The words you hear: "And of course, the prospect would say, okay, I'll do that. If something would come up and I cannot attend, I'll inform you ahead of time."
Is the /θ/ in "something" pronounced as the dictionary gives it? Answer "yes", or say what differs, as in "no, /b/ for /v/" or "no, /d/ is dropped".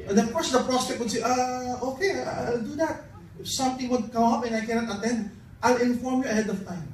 no, /t/ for /θ/